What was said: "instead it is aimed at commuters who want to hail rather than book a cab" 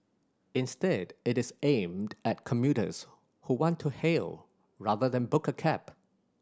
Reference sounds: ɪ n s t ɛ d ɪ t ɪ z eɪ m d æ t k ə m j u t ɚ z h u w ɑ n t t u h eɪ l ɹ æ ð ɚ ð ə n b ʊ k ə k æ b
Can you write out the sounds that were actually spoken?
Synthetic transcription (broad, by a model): ɪ n s t ɛ d ɪ t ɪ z eɪ m d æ t k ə m j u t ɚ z h u w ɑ n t t u h eɪ l ɹ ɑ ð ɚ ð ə n b ʊ k ə k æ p